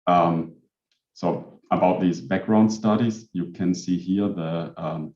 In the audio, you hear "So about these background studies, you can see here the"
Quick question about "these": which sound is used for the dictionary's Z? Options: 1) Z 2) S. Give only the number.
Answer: 1